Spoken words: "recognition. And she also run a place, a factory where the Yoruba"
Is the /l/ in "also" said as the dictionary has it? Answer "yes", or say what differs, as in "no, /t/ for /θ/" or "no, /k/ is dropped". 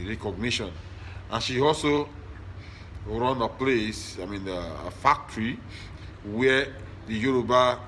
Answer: yes